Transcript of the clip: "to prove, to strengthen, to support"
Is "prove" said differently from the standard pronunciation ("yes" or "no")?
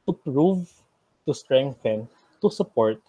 no